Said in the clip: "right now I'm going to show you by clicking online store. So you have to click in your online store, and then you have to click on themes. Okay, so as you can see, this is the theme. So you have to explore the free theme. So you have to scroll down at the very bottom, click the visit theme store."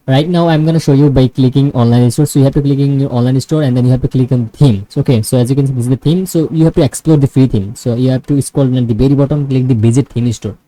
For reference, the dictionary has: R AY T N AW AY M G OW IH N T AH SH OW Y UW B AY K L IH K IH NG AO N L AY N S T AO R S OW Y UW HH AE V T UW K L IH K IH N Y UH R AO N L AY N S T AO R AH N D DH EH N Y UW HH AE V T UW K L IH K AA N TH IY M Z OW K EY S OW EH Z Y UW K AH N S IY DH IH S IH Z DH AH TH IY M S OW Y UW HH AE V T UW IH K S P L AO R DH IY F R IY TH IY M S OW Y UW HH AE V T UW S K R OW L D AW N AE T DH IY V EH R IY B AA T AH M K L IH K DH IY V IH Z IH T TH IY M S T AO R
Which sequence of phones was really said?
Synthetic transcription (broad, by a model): R AY T N AW AY M G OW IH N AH SH OW Y UW B AY K L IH K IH NG AO N L AY N S T AO R S OW Y UW HH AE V T UW K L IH K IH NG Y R AO N L AY N S T AO R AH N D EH N Y UW HH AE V T UW K L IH K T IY M OW K EY S OW EH Z Y UW K AH N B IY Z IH IH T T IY M S OW Y UW HH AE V T UW IH K S P L AO R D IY F R IY T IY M S OW Y UW HH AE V T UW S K OW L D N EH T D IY B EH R IY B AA T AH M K L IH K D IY B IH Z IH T T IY M S T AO R